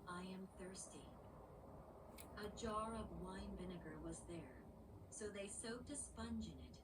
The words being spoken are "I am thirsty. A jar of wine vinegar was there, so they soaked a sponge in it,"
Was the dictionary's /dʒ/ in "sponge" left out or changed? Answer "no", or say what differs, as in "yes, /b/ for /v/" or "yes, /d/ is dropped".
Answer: no